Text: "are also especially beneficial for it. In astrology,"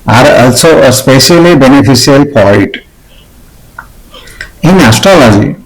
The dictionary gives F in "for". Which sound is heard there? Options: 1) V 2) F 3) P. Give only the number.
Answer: 3